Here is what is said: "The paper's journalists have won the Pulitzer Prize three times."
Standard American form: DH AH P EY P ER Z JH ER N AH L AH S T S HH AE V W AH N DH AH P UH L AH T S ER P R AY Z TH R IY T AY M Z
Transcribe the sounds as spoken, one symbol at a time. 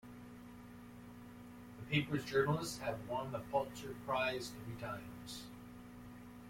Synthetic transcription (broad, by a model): DH AH P EY P ER Z JH ER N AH L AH S T S HH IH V W AH N DH AH F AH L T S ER P R AY Z T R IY T AY M Z